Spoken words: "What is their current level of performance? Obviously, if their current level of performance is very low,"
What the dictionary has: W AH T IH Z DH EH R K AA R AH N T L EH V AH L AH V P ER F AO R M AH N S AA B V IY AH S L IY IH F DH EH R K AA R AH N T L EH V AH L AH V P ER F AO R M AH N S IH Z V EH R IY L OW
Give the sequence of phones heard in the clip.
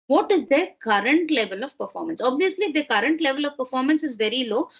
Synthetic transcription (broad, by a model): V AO T IH Z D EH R K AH R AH N T L EH V AH L AH V P ER F AO R M AH N S AA B V IY AH S L IY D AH K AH R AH N T L EH V AH L AH V P ER F AO R M AH N S IH Z V EH R IY L OW